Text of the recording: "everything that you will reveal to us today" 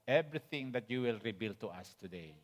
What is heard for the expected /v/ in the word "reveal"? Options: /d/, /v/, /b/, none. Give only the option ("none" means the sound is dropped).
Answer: /b/